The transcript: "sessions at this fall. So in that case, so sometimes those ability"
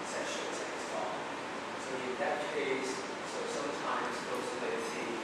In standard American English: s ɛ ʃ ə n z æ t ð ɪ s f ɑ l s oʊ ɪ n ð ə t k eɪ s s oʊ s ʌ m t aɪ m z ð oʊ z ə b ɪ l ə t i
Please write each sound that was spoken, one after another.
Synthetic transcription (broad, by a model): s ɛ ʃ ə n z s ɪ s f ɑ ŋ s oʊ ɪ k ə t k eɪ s s oʊ s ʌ m t aɪ m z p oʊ s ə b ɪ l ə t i